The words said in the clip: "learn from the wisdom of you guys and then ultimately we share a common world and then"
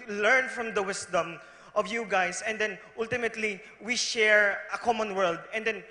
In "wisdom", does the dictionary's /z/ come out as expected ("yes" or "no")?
no